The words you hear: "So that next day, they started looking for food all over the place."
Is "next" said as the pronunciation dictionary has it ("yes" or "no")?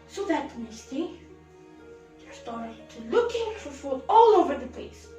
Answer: no